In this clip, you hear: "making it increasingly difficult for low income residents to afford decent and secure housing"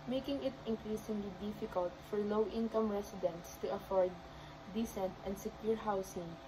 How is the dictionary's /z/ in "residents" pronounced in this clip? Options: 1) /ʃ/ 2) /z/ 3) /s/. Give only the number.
3